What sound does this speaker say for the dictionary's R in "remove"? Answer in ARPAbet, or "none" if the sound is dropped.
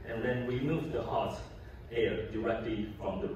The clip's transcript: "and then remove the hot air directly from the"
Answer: W